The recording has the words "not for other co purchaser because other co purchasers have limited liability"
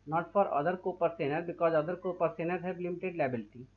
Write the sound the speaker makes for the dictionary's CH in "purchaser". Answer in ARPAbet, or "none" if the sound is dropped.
S